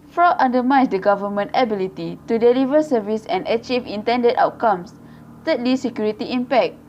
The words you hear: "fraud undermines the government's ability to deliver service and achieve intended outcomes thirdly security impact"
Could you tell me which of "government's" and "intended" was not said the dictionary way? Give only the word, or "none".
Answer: government's